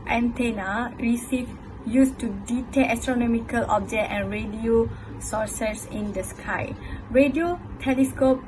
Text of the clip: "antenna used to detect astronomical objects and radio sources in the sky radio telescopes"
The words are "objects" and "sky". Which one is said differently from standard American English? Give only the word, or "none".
objects